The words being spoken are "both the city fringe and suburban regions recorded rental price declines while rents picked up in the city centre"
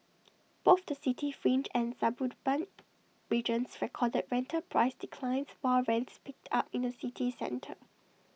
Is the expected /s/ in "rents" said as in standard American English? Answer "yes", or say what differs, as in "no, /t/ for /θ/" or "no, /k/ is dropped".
yes